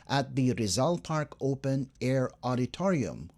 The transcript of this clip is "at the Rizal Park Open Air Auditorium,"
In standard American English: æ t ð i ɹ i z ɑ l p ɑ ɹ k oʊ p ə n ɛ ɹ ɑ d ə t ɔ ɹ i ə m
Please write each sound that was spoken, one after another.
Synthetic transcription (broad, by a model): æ t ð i ɹ i z ɑ l p ɑ ɹ k oʊ p ə n ɛ ɹ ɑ d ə t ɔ ɹ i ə m